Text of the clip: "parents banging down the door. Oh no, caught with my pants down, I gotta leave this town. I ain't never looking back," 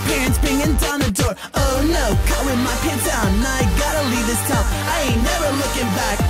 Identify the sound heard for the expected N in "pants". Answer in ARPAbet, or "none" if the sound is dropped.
none